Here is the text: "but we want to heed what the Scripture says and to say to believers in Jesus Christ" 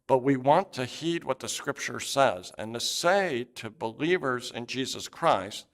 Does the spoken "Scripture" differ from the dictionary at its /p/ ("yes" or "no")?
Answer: no